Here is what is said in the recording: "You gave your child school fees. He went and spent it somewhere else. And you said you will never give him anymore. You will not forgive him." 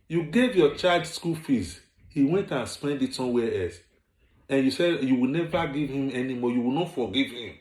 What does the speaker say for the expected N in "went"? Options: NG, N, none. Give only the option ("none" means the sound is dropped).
N